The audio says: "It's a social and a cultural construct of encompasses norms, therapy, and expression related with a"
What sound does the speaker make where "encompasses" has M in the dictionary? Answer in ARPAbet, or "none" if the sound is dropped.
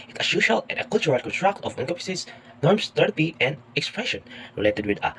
none